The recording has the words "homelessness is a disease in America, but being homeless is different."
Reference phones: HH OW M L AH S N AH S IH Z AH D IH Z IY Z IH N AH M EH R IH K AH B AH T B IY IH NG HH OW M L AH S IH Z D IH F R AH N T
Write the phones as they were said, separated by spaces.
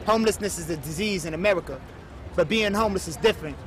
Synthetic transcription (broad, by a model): HH OW M L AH S N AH S IH Z AH D IH Z IY Z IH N AH M EH R IH K AH B AH T B IY IH NG HH OW M L AH S IH Z D IH F R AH N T